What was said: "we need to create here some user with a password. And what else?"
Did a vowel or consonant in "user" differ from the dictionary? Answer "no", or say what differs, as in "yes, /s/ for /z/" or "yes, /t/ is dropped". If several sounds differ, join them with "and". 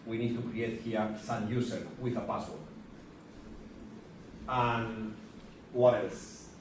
yes, /s/ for /z/